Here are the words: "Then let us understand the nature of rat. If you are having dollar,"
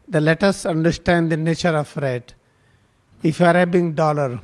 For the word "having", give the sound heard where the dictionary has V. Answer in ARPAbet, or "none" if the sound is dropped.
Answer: B